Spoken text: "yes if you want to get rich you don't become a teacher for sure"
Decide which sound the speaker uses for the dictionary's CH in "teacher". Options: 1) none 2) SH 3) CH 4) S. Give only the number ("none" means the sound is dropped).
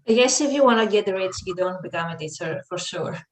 4